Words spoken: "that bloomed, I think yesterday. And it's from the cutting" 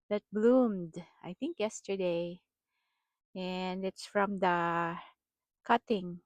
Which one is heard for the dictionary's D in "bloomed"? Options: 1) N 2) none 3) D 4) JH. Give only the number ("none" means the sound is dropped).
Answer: 3